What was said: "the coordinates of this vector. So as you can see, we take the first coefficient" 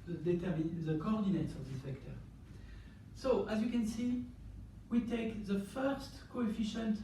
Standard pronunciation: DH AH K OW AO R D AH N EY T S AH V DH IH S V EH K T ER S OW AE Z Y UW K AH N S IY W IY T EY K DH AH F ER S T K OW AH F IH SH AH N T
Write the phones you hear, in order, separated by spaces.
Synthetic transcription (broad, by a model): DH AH K OW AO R D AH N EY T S AH V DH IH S F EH K T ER S OW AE Z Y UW K AH N S IY W IY T EY K DH AH F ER S T K OW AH F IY SH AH N T